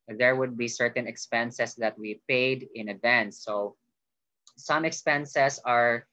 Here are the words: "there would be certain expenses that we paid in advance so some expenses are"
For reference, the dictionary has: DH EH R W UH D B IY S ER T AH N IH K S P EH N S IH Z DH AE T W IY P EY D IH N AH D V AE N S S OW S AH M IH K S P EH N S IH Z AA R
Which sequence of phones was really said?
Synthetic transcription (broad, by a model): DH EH R W UH D B IY S ER T AH N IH K S P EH N S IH S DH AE T W IY P EY D IH N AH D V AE N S S OW S AH M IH K S P EH N S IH S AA R